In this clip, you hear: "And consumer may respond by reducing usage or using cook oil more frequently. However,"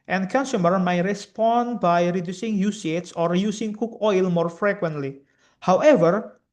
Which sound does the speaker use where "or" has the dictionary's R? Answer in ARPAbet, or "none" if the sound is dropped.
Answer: R